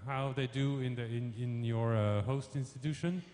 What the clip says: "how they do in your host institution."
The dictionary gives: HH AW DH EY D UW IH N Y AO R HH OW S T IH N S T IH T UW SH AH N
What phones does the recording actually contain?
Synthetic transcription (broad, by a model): HH AW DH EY D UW IH N Y AO R HH OW S T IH N S T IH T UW SH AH N